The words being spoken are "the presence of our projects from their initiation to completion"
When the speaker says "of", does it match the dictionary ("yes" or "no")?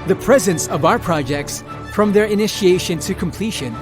yes